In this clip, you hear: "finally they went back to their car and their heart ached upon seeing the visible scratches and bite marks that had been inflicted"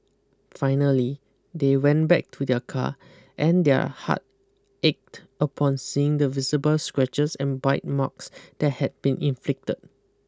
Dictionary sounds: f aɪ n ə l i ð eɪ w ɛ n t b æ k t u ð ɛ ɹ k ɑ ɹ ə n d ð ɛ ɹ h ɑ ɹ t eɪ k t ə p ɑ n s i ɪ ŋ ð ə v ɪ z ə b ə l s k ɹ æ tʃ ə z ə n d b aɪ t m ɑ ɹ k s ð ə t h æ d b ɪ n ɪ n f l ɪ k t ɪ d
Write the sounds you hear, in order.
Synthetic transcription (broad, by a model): f aɪ n ə l i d eɪ w ɛ n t b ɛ k t u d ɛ k ɑ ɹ ə n d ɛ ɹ h ɑ t eɪ k t ə p ɑ n s i ɪ ŋ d ə v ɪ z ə b ə l s k ɹ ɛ tʃ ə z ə n b aɪ t m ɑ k s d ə t h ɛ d b ɪ n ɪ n f l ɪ k t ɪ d